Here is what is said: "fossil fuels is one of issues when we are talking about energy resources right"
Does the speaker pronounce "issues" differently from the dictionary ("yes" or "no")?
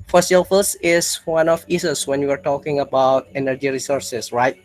yes